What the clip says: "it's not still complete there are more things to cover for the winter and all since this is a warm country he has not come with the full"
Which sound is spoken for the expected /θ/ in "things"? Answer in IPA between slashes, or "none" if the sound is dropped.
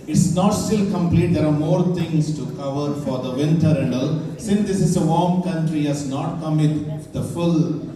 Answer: /t/